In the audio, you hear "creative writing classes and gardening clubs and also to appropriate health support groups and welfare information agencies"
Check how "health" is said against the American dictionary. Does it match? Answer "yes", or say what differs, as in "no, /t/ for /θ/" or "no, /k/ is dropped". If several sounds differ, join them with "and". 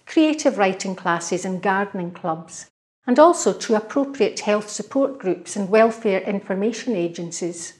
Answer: yes